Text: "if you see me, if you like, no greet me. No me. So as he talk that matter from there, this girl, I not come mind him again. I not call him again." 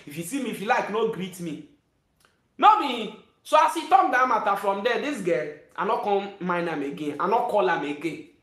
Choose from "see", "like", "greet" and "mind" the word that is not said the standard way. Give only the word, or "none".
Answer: mind